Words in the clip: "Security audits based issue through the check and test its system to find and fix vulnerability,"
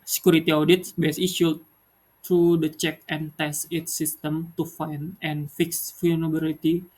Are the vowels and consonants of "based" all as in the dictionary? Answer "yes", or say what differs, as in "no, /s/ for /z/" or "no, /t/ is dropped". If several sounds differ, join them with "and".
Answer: no, /t/ is dropped